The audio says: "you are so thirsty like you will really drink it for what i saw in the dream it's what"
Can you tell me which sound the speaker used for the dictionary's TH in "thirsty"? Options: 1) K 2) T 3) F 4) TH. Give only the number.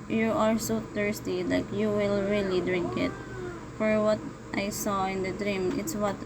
2